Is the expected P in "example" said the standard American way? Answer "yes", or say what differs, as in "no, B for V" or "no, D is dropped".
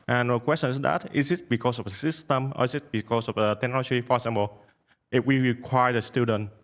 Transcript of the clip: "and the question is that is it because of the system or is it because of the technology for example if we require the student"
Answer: no, B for P